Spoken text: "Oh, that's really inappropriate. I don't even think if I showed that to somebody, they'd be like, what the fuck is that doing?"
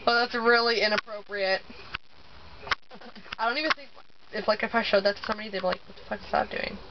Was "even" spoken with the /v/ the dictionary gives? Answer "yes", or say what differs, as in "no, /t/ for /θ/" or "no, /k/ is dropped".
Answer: yes